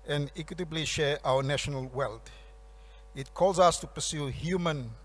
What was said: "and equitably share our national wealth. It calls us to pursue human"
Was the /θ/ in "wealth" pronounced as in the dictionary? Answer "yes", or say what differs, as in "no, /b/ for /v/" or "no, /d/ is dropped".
no, /t/ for /θ/